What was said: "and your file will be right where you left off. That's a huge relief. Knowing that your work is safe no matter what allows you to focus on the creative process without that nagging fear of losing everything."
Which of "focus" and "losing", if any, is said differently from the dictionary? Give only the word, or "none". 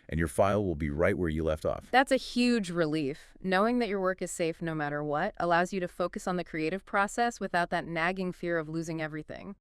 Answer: none